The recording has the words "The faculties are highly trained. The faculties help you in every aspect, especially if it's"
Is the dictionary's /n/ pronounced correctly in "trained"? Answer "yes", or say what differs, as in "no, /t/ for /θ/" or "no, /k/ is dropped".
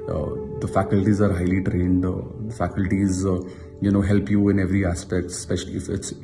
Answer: yes